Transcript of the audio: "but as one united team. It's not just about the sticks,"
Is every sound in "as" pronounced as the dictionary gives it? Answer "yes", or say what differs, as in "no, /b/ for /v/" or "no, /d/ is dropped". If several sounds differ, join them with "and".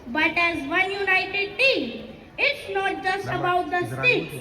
yes